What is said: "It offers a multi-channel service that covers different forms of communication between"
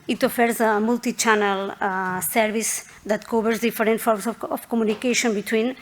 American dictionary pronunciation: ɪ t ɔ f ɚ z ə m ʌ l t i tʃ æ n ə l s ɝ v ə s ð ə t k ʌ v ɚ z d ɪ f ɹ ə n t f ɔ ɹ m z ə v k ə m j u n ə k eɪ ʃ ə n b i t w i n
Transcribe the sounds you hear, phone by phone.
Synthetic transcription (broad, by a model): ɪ t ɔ f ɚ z ə m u l t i tʃ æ n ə l s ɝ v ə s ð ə t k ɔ b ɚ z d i f ɹ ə n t f ɔ ɹ m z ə f k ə m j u n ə k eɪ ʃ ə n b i t w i n